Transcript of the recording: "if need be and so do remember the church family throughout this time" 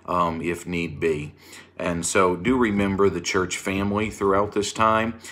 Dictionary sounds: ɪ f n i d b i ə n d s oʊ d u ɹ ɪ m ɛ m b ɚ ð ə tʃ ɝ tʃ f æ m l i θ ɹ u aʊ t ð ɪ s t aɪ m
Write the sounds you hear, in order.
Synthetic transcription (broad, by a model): ɪ f n i d b i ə n s oʊ d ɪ ɹ ɪ m ɛ m b ɚ ð ə tʃ ɝ tʃ f æ m l i θ ɹ u aʊ t ð ɪ s t aɪ m